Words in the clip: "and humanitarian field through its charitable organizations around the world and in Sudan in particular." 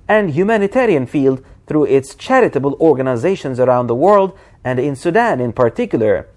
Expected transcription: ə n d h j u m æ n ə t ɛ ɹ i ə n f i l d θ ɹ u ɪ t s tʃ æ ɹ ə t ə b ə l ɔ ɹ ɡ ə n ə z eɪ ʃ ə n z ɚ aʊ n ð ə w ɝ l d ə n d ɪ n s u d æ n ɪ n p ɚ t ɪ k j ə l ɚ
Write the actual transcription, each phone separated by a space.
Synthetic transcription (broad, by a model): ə n d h j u m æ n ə t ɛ ɹ i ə n f i l d θ ɹ u ɪ t s tʃ æ ɹ ə t ə b ə l ɔ ɹ ɡ ə n ə z eɪ ʃ ə n z ɚ aʊ n ð ə w ɝ l d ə n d ɪ n s u d æ n ɪ n p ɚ t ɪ k j l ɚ